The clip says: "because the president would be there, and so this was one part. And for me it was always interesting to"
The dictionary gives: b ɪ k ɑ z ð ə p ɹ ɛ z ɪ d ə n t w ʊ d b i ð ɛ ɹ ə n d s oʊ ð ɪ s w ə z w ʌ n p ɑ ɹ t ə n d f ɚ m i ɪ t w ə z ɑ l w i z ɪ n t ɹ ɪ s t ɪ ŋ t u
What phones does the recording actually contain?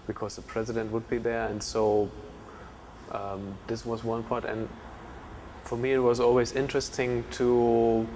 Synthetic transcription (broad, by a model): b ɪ k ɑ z ð ə p ɹ ɛ z ɪ d ə n t w ʊ d b i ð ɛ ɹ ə n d s oʊ ð ɪ s w ə z w ʌ n p ɑ ɹ t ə n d f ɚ m i ɪ t w ə z ɑ l w i z ɪ n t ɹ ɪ s t ɪ ŋ t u